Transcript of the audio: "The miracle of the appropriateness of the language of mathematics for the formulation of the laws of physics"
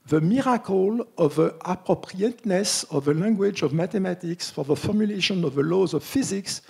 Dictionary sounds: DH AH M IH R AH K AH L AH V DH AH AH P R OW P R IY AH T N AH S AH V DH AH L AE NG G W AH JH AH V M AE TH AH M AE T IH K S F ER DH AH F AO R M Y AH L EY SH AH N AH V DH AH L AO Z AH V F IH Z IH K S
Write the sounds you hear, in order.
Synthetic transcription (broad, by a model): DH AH M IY R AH K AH L AH V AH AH P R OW P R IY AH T N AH S AH V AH L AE NG G W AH JH AH V M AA T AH M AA T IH K S F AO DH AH F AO R M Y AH L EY SH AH N AH V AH L AO Z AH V F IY Z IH K S